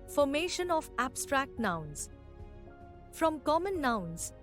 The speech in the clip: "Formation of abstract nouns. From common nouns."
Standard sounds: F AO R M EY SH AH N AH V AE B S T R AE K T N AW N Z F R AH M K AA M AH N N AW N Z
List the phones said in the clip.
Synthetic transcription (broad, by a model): F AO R M EY SH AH N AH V AE B S T R AE K T N AW N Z F R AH M K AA M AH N N AW N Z